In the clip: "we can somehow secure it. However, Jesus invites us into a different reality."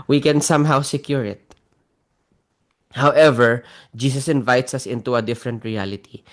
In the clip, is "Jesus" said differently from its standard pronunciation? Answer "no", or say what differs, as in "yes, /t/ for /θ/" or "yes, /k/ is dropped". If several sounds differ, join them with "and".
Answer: yes, /s/ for /z/